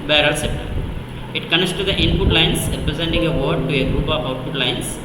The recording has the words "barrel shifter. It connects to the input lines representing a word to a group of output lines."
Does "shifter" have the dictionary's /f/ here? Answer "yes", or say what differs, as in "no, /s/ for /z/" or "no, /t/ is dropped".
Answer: no, /p/ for /f/